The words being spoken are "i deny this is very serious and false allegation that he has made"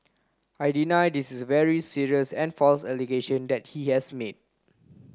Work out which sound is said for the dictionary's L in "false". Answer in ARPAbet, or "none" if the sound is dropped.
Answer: L